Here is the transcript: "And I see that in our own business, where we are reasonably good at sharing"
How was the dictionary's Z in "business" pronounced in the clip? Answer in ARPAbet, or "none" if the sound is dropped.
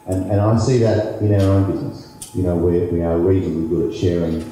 Z